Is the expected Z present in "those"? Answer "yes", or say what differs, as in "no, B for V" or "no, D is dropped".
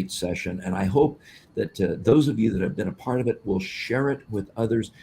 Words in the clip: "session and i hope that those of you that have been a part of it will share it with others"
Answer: yes